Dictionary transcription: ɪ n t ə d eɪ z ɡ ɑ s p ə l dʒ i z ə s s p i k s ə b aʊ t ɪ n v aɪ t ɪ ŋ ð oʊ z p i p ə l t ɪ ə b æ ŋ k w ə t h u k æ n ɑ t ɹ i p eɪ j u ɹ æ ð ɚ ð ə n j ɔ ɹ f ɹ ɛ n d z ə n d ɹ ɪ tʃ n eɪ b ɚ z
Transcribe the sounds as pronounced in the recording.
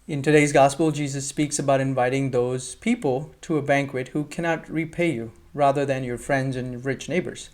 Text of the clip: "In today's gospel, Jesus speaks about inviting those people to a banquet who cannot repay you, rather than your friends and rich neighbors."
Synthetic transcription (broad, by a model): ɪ n t ə d eɪ z ɡ ɑ s p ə l dʒ i z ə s s p i k s ə b aʊ t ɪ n v aɪ t ɪ ŋ ð oʊ z p i p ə l t ɪ ə b æ ŋ k w ə t h u k æ n ɑ t ɹ i p eɪ j u ɹ æ ð ɚ ð ə n j ɔ ɹ f ɹ ɛ n d z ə n ɹ ɪ tʃ n eɪ b ɚ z